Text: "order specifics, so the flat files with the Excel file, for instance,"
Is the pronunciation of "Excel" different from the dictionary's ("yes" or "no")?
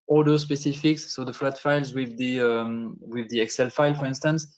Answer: no